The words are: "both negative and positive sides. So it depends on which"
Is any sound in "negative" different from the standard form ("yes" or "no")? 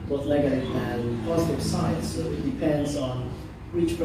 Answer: yes